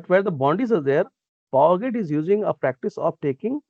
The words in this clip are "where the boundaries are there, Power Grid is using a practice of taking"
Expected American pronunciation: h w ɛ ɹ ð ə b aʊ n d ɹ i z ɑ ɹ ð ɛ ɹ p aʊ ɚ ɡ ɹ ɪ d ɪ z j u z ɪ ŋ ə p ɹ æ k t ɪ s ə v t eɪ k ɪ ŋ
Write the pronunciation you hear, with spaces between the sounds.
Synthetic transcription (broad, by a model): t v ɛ ɹ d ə b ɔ n d i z ɑ ɹ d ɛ ɹ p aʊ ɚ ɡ ɪ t ɪ z j u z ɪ ŋ ə p ɹ æ k t ɪ s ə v t eɪ k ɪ ŋ